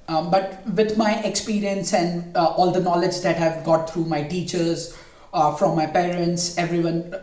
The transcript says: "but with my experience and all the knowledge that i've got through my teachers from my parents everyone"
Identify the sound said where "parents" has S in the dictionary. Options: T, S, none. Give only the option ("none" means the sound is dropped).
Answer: S